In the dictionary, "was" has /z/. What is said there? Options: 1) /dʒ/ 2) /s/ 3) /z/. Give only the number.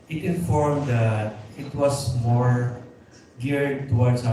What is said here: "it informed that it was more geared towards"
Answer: 2